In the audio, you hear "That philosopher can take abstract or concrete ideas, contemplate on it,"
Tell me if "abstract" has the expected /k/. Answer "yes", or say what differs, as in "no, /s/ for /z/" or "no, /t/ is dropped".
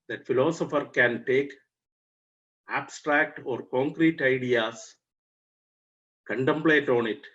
yes